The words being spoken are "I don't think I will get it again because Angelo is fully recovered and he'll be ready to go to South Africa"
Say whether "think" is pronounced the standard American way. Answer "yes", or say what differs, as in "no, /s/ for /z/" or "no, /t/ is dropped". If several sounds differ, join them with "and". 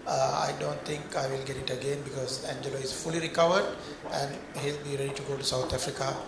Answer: no, /t/ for /θ/